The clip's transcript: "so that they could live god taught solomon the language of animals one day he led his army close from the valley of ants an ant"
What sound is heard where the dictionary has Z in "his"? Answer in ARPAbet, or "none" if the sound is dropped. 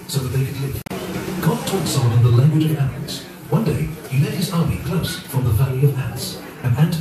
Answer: Z